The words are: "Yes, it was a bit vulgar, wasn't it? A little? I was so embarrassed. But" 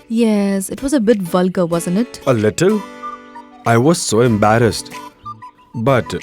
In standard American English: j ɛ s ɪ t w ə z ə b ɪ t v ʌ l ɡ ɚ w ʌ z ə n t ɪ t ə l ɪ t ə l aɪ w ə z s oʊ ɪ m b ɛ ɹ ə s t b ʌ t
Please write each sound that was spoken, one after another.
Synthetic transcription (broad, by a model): j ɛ s ɪ t w ə z ə b ɪ t v ʌ l ɡ ɚ w ʌ z ə n t ɪ t ə l ɪ t ə l aɪ w ə z s oʊ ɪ m b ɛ ɹ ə s t b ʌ t